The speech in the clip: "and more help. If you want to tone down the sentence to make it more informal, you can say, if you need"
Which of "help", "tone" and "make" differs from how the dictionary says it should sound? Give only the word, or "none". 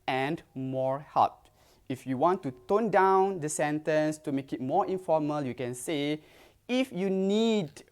help